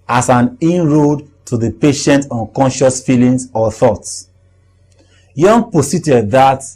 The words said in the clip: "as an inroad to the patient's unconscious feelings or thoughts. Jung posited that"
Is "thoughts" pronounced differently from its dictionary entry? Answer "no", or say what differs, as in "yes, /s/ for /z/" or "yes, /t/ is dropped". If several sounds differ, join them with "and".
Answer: no